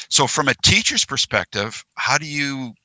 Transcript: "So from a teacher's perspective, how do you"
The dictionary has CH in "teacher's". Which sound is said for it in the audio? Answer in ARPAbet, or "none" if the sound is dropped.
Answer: CH